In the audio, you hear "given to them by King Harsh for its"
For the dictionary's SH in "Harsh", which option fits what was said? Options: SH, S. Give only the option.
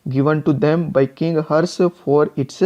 S